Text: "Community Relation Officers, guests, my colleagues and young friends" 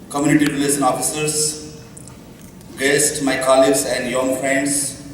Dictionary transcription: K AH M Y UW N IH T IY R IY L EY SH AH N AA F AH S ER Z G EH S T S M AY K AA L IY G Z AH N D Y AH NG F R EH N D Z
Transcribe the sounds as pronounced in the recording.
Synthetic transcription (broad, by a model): K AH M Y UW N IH T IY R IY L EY S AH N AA F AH S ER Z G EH S T M AY K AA L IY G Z AH N D Y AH NG F R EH N D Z